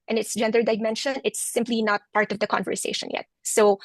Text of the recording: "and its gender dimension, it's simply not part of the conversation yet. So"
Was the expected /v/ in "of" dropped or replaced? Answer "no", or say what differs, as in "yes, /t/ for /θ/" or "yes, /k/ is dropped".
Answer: no